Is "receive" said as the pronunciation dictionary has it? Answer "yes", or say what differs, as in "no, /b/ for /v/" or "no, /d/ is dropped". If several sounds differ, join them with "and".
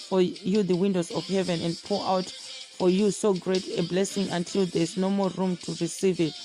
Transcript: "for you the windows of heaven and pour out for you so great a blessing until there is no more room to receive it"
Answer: yes